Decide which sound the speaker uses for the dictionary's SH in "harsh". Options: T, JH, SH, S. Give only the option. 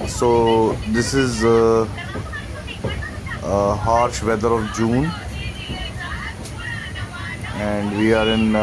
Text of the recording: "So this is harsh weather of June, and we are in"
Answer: SH